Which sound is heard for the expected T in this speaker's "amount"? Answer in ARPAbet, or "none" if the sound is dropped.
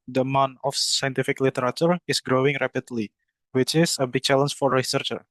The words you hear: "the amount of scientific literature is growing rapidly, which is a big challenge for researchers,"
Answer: none